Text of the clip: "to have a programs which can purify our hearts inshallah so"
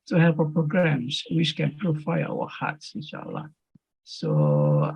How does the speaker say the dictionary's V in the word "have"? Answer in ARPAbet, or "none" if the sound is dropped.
P